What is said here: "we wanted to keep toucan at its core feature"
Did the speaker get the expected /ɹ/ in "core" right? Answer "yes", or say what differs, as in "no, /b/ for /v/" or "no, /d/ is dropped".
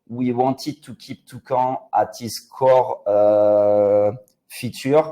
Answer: yes